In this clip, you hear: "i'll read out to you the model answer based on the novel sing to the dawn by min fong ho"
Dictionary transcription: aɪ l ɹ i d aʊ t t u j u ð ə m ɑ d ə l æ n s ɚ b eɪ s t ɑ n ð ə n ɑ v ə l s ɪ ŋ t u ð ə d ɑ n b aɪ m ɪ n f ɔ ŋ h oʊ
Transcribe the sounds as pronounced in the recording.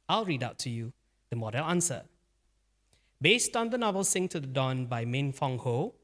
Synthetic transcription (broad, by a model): aɪ l ɹ i d aʊ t t u j u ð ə m ɑ d ə l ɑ n s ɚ b eɪ s t ɑ n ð ə n ɑ v ə l s ɪ ŋ t u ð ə d ɑ n b aɪ m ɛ n f ɔ ŋ h oʊ